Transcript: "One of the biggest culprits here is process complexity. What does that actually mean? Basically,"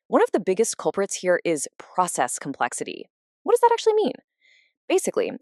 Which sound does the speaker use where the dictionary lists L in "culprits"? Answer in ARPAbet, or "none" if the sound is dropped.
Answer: L